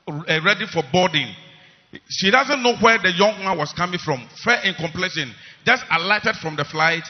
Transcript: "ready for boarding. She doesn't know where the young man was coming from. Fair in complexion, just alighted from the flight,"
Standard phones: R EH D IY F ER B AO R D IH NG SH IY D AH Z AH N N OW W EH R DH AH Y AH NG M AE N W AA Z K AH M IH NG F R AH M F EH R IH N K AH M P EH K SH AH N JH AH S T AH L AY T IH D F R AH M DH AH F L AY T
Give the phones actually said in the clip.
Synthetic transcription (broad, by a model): R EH D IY F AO B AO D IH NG SH IY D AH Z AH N N OW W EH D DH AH Y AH NG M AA N W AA S K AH M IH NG F R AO M F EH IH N K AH M P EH SH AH N JH AH S T AH L AY T IH D F R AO M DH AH F L AY T